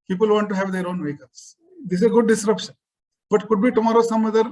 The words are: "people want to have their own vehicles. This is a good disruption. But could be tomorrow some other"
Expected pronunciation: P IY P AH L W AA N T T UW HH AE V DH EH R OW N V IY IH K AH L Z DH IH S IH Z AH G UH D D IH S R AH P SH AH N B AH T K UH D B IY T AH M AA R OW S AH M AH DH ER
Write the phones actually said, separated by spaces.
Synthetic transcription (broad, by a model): P IY P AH L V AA N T T UW HH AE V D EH R OW N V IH K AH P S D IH S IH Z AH G UH D D IH S R AH P SH AH N B AH T K UH D B IY T AH M AA R OW S AH M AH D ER